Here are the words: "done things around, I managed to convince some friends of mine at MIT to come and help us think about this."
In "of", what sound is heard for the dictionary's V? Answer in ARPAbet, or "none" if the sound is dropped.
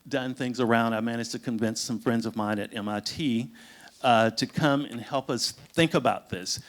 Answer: V